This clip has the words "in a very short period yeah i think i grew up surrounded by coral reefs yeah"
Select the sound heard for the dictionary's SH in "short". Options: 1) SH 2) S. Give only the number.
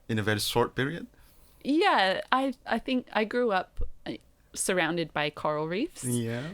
2